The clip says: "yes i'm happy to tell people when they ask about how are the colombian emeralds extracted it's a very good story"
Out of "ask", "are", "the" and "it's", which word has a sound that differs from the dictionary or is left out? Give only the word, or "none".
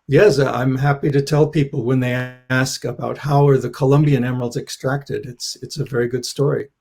none